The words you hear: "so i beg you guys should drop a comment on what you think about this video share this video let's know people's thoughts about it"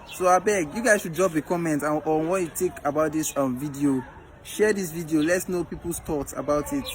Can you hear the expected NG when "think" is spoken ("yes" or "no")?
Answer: no